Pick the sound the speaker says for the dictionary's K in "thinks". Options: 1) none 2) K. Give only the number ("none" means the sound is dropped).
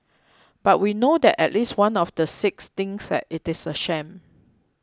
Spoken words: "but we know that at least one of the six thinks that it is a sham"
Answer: 1